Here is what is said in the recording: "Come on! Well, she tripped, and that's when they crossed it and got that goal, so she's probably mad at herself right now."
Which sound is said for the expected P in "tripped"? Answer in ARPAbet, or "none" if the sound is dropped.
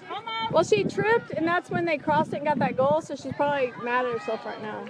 P